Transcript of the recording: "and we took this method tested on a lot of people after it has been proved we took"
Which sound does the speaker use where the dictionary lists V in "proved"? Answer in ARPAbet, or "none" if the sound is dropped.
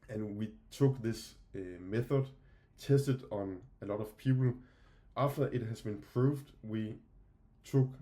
V